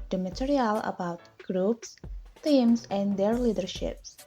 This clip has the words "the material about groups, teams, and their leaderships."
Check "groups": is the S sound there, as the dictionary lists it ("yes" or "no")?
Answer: yes